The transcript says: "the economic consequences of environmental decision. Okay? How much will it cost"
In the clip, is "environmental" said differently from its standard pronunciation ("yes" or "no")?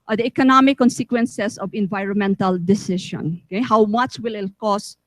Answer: no